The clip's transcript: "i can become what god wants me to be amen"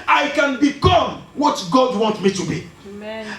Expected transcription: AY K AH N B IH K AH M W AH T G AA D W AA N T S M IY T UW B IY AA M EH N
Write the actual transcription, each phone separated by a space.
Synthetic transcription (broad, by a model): AY K AH N B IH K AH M W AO T G AA D W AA N T M IY T UW B IY